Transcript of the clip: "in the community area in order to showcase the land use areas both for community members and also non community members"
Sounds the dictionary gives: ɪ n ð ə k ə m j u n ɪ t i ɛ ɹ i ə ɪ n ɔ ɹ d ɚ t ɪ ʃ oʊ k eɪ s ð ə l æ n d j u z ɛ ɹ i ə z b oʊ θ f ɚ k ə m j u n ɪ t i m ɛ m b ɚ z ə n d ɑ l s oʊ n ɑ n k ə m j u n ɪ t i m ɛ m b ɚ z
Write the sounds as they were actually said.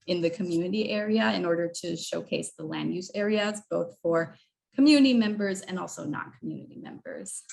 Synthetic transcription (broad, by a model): ɪ n ð ə k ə m j u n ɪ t i ɛ ɹ i ə ɪ n ɔ ɹ d ɚ t ɪ ʃ oʊ k eɪ s ð ə l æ n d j u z ɛ ɹ i ə z b oʊ θ f ɚ k ə m j u n ɪ t i m ɛ m b ɚ z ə n ɑ l s oʊ n ɑ n k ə m j u n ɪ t i m ɛ m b ɚ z